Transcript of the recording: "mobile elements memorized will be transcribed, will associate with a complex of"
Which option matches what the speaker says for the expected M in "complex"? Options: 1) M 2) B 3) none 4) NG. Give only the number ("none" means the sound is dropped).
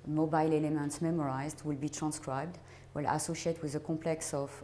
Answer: 3